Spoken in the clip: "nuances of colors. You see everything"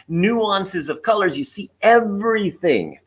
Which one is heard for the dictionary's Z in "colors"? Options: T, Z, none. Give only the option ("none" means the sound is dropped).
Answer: Z